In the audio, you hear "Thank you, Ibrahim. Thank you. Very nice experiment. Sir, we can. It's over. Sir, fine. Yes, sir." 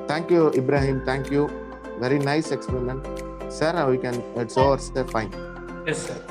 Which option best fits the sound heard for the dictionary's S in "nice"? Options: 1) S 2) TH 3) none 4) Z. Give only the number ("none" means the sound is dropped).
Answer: 1